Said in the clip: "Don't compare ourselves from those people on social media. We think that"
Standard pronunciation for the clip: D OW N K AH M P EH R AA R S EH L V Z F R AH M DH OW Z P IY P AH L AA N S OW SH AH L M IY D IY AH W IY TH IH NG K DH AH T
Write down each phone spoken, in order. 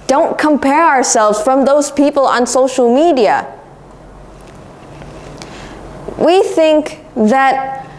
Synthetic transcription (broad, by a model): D OW N K AH M P EH R AA R S EH L V Z F R AH M DH OW Z P IY P AH L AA N S OW SH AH L M IY D IY AH W IY TH IH NG K DH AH T